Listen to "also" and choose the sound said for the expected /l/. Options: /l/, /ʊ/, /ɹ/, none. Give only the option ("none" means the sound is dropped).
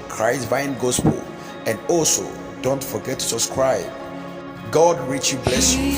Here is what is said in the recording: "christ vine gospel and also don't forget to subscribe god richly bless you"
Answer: /l/